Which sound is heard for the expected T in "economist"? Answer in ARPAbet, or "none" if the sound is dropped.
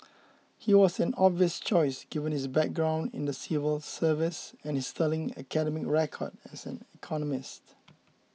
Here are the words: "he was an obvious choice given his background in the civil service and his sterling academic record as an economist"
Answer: T